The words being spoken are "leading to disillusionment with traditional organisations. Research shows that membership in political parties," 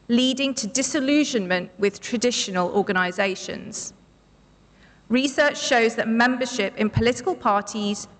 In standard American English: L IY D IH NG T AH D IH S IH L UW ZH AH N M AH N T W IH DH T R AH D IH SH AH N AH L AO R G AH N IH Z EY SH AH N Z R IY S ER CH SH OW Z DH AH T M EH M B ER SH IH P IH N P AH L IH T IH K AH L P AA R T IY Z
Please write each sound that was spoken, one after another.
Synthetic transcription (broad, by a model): L IY D IH NG T AH D IH S IH L UW ZH AH N M AH N T W IH DH T R AH D IH SH AH N AH L AO G AH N IH Z EY SH AH N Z R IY S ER CH SH OW Z DH AH T M EH M B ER SH IH P IH N P AH L IH T IH K AH L P AA T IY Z